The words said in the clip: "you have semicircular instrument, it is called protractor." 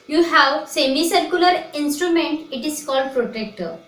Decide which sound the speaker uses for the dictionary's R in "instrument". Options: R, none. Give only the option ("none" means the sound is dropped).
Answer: R